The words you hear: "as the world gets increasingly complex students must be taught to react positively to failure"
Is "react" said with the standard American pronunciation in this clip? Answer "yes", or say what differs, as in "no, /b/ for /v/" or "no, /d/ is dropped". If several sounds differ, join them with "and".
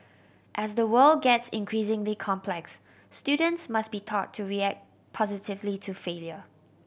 yes